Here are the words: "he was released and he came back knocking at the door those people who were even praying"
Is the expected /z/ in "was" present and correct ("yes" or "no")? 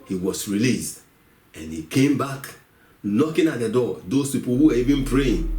no